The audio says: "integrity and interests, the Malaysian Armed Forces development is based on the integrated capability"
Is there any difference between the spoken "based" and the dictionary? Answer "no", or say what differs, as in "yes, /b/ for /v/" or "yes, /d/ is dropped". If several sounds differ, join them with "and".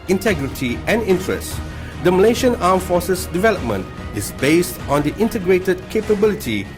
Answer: no